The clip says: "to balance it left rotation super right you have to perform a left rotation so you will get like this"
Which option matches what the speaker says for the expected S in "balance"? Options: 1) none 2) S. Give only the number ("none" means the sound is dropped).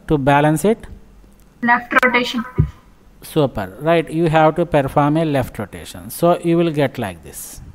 2